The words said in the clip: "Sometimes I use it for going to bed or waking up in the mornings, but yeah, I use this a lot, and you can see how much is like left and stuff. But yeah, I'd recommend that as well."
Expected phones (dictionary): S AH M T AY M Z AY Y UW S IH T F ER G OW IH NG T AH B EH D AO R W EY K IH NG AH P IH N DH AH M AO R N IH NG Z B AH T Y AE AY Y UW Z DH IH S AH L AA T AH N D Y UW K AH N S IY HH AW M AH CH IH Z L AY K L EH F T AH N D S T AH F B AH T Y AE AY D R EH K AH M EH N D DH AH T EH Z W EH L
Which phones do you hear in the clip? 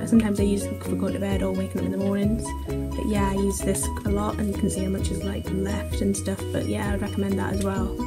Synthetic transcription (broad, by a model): S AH M T AY M Z AY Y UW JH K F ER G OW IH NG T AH B EH D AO L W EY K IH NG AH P IH N DH AH M AO R N IH NG Z B AH T Y AE AY Y UW Z DH IH S AH L AA T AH N Y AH K AH N S IY HH AW M AH CH IH Z L AY K L EH F T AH N S T AH F B AH T Y AE AY D R EH K AH M EH N DH AH T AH Z W EH L